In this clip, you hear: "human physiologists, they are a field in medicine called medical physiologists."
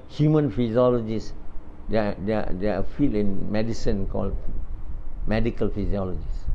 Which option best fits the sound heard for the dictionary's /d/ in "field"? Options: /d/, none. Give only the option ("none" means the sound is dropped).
none